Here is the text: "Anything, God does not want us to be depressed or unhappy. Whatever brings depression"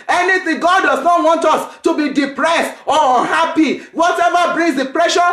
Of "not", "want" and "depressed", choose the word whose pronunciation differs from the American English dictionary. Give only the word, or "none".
none